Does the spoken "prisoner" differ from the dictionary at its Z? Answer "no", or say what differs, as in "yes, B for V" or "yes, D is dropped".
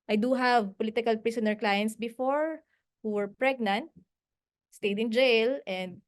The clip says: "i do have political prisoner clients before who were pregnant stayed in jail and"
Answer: yes, S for Z